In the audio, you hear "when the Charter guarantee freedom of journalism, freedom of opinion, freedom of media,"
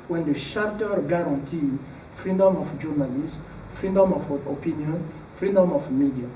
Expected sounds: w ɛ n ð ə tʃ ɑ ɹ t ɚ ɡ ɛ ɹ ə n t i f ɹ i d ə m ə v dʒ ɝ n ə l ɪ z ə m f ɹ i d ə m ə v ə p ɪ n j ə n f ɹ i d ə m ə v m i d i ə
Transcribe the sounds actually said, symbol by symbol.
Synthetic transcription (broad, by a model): w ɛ n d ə ʃ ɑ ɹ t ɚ ɡ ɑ ɹ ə n t i f ɹ i d ə m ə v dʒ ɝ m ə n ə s f ɹ i d ə m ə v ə p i n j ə n f ɹ i d ə m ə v m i d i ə